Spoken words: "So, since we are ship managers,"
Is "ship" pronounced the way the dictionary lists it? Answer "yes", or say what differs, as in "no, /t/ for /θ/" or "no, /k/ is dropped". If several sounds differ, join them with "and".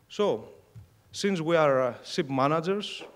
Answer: no, /s/ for /ʃ/